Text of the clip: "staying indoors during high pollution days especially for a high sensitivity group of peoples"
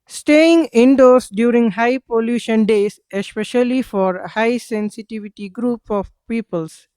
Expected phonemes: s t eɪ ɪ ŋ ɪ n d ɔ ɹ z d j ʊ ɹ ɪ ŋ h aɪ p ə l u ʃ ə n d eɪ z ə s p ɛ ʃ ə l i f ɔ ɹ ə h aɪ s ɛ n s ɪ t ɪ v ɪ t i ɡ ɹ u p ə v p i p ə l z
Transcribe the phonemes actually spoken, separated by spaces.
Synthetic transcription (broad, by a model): s t eɪ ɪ ŋ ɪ n d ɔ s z d j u ɹ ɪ ŋ h aɪ p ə l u ʃ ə n d eɪ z ə s p ɛ ʃ ə l i f ɔ ɹ h aɪ s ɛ n s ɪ t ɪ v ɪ t i ɡ ɹ u p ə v p i p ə l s